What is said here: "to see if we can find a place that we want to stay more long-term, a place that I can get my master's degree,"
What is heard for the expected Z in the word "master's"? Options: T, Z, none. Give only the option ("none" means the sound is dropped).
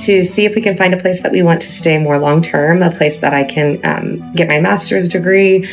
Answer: Z